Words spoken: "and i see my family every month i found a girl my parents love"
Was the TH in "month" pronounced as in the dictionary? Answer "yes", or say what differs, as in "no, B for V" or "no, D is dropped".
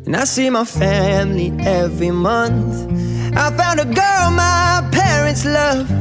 yes